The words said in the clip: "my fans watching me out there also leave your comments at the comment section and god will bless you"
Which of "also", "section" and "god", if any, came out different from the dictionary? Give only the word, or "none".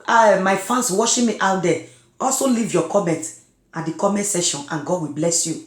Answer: section